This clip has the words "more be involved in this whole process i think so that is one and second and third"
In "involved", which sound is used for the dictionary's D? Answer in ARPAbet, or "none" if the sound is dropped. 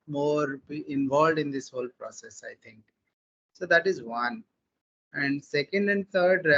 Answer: D